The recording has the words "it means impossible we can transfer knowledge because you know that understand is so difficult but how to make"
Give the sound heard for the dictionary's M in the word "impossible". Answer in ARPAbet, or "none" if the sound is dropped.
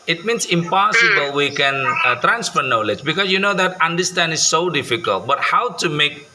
M